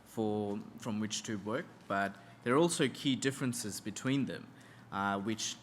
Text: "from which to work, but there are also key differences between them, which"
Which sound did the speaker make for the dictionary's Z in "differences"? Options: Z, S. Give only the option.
Z